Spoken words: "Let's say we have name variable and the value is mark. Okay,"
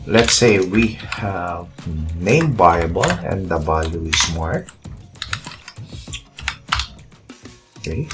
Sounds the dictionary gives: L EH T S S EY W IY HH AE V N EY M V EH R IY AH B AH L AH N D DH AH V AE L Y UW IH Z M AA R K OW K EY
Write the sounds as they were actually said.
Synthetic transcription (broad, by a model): L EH T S S EY W IY HH AE V N EY M B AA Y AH B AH L AH N D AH B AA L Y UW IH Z M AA R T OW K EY